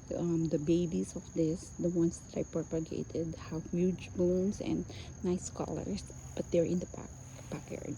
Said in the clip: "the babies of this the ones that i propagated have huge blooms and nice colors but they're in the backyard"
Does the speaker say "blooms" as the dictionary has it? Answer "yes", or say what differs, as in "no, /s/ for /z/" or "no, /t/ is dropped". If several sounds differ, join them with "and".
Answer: no, /l/ is dropped and /s/ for /z/